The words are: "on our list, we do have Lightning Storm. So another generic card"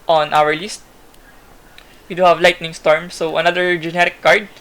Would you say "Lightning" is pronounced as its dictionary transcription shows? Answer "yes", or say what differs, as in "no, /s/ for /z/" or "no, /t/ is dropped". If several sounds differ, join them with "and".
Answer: yes